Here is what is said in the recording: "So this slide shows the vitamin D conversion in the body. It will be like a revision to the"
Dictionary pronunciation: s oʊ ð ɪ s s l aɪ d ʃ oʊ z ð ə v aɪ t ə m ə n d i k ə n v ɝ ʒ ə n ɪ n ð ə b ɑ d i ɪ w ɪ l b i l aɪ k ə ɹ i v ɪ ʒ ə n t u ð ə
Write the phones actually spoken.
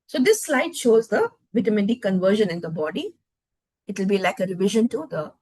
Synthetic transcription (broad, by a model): s oʊ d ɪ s s l aɪ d ʃ oʊ z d ə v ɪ t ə m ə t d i k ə n v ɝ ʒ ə n ɪ n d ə b ɑ d i ɪ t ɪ l b i l aɪ k ə ɹ i v ɪ ʒ ə n t u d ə